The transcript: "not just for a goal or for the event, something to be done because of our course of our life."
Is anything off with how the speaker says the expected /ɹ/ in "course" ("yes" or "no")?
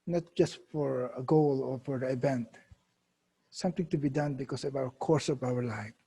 no